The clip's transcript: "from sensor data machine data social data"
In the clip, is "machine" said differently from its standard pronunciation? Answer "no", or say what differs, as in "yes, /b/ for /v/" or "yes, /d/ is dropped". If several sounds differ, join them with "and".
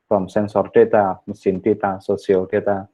yes, /s/ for /ʃ/